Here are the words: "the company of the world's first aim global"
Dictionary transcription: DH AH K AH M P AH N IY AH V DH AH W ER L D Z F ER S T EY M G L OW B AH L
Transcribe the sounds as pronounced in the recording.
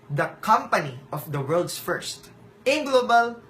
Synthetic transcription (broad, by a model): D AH K AH M P AH N IY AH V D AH W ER L D S F ER S T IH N G L OW B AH L